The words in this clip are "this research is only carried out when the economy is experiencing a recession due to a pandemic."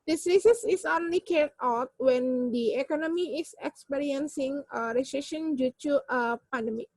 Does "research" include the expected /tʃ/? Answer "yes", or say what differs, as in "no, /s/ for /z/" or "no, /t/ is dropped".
no, /s/ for /tʃ/